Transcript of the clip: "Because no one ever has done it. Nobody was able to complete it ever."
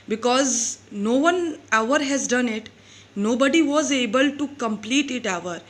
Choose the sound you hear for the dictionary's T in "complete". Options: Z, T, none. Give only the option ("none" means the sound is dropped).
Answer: T